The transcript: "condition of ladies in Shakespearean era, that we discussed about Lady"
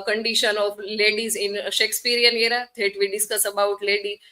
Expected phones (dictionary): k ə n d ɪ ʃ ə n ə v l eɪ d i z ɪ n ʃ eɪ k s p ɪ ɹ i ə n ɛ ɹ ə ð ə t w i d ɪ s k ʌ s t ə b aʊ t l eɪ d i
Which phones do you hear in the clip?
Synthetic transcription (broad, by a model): k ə n d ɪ ʃ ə n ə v l eɪ d i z ɪ n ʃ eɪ k s p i ɹ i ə n ɛ ɹ ə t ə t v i d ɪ s k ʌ s ə b aʊ t l eɪ d i